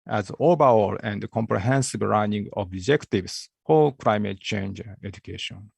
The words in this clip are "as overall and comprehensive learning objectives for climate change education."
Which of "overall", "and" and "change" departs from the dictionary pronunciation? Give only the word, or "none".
overall